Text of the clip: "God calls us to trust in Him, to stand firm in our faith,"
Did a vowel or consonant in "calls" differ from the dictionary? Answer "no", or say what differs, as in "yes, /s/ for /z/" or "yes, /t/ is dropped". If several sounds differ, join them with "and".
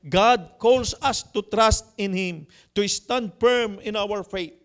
yes, /s/ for /z/